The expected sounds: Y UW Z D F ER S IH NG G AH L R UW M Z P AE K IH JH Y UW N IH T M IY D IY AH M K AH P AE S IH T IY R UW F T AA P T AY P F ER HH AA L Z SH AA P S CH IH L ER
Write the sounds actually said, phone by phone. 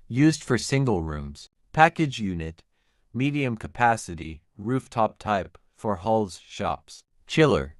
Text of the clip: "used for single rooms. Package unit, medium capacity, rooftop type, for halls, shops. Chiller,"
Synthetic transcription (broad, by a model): Y UW Z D F ER S IH NG G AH L R UW M Z P AE K IH JH Y UW N IH T M IY D IY AH M K AH P AE S IH T IY R UW F T AA P T AY P F ER HH AA L Z SH AA P S CH IH L ER